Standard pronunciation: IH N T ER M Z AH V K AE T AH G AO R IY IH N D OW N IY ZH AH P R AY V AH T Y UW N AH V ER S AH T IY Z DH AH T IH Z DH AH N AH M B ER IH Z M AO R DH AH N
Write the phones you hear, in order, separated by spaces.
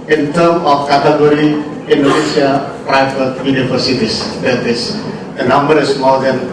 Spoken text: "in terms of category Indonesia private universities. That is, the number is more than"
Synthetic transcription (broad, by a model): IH N T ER M AH F K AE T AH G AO R IY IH N D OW N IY SH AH P R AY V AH T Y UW N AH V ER S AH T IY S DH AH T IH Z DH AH N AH M B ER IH S M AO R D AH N